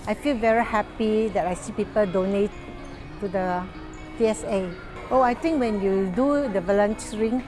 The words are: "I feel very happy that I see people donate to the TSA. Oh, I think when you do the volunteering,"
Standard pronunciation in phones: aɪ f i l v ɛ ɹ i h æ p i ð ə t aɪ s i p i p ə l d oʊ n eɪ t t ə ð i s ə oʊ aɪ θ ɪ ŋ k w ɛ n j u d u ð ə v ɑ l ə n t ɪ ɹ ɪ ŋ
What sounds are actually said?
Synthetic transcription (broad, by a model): aɪ f i l v ɛ ɹ i h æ p i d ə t aɪ s i p i p ə l d oʊ n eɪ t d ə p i s ə oʊ aɪ t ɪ ŋ k w ɛ n j u d u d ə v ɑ l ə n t ɹ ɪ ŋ